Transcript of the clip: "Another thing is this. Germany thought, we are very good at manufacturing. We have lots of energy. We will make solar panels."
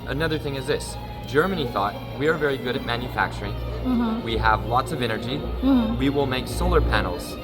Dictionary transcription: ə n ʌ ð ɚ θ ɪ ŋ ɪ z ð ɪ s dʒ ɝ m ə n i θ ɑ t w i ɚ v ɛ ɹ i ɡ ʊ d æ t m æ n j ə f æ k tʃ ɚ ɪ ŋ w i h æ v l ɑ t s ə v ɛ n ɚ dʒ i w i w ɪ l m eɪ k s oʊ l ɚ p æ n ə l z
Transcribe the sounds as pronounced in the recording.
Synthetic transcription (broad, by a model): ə n ʌ ð ɚ θ ɪ ŋ ɪ z ð ɪ s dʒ ɝ m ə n i θ ɑ t w i ɚ v ɛ ɹ i ɡ ʊ d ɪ t m æ n j ə f æ k tʃ ɚ ɪ ŋ w i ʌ v l ɑ t s ə v ɛ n ɚ dʒ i w i w ɪ l m eɪ k s oʊ l ɚ p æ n l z